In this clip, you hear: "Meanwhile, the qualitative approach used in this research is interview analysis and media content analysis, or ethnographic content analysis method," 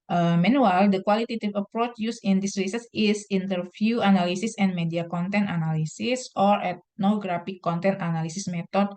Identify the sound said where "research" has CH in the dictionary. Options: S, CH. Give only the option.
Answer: S